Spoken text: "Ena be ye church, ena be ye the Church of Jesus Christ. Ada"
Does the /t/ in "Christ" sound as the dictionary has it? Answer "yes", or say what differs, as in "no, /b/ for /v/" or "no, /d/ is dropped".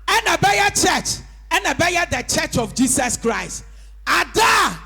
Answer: yes